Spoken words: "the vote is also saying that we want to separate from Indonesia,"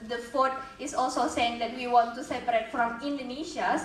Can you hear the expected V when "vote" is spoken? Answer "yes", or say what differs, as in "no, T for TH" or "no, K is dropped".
no, F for V